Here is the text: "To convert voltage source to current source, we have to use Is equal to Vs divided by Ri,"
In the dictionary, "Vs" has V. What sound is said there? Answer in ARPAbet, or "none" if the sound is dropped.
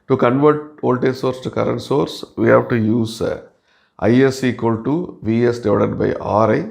V